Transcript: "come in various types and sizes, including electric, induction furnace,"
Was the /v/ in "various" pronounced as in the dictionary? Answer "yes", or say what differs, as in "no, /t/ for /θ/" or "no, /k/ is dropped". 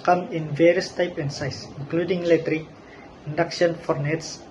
yes